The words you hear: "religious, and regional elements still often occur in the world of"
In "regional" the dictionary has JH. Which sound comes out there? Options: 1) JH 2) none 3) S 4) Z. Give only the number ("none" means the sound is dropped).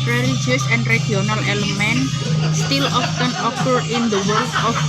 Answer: 2